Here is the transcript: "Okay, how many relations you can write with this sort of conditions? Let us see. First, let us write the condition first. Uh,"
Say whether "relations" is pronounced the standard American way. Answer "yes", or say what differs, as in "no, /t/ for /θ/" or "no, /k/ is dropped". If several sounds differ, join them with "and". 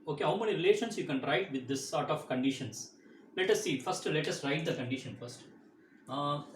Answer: no, /s/ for /z/